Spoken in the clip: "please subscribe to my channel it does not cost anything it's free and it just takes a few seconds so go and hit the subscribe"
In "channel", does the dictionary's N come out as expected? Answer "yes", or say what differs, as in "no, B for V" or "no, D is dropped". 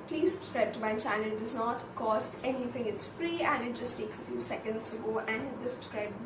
no, N is dropped